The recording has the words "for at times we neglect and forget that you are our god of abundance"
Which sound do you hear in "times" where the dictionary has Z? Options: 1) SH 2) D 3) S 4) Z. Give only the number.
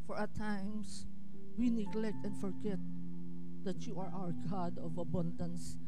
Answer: 3